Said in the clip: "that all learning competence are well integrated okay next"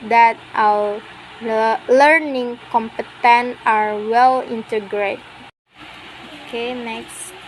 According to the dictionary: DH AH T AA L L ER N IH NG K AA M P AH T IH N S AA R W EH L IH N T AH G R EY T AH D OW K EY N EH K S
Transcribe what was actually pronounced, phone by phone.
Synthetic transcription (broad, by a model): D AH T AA W L ER N IH NG K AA M P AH T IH N AA R W EH L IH N T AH G R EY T OW K EY N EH K S